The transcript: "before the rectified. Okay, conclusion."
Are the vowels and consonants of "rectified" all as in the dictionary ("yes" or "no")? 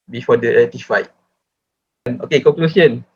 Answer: no